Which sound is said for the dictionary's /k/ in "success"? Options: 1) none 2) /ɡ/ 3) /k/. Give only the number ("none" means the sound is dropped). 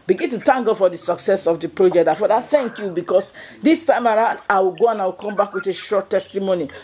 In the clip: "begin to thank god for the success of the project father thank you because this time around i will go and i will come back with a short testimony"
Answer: 3